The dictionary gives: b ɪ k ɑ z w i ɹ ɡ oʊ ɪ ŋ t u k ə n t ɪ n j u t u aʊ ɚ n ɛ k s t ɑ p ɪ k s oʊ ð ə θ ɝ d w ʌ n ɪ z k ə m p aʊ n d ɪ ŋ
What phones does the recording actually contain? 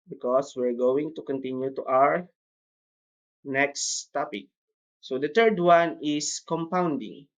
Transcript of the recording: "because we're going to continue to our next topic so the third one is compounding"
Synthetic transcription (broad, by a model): b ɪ k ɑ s w i ɹ ɡ oʊ ɪ ŋ t u k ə n t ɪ n j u t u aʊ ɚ n ɛ k s t ɑ p ɪ k s oʊ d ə t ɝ d w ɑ n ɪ s k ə m p aʊ n d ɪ ŋ